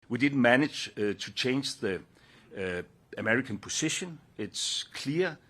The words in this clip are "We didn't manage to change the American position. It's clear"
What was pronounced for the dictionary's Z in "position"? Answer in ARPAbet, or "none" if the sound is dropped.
S